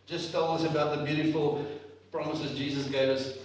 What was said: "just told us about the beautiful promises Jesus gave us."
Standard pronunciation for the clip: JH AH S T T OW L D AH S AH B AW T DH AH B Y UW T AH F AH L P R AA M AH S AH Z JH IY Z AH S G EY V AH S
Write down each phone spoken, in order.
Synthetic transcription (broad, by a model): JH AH S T T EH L AH S AH B AW T DH AH B Y UW T AH F AH L P R AA M AH S AH Z JH IY Z AH S G EY V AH S